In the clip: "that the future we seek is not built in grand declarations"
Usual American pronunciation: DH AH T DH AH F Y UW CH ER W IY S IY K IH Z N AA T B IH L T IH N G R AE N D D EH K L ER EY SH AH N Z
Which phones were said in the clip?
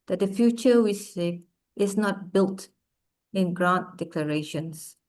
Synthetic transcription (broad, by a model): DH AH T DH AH F Y UW CH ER W IY S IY IH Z N AA T B IH L T IH N G R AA N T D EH K L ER EY SH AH N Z